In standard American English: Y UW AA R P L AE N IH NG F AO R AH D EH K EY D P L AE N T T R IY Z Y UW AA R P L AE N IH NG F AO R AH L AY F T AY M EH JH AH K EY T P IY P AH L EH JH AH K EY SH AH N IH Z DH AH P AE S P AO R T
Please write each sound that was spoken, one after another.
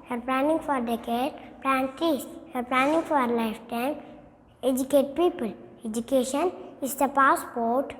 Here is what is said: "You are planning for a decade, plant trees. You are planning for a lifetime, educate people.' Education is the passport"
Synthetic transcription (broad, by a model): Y AA R P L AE N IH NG F AO R D EH K EY D P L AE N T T IY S AA R P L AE N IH NG F AO R L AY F T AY M EH JH AH K EY T P IY P AH L EH JH AH K EY SH AH N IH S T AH P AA S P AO R T